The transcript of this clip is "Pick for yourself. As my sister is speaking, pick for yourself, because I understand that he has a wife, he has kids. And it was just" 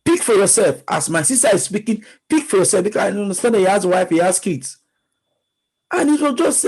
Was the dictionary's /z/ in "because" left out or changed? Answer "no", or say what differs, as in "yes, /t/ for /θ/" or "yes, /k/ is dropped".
yes, /z/ is dropped